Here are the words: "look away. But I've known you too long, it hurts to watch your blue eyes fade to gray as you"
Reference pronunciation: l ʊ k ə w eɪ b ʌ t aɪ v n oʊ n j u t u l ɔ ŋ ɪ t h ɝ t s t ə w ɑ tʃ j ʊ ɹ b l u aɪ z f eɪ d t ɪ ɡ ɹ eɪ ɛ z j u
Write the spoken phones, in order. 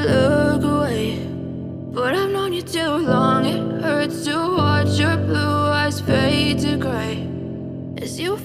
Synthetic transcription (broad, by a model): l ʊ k ə w eɪ b ʌ t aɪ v n oʊ n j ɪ t u l ɔ ŋ ɪ t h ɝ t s t ə w ɑ tʃ j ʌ ɹ b l u aɪ z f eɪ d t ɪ ɡ ɹ eɪ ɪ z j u